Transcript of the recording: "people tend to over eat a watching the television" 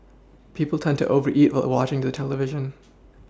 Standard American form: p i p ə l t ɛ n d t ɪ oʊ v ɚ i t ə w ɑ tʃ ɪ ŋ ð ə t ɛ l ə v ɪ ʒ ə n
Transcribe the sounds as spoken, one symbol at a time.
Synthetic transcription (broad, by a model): p i p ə l t ɛ n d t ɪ oʊ v ɚ i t ə w ɑ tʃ ɪ ŋ ð ə t ɛ l ə v ɪ ʒ ə n